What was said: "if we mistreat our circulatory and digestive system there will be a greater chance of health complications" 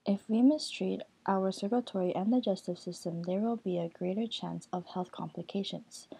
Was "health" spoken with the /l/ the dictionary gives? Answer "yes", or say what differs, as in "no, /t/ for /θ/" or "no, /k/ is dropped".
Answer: yes